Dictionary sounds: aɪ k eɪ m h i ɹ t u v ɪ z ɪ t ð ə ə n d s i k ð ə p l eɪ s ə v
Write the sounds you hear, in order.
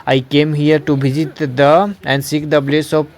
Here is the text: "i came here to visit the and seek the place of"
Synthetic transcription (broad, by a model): aɪ k eɪ m h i ɹ t u b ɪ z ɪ t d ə ə n d s i k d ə b l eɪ s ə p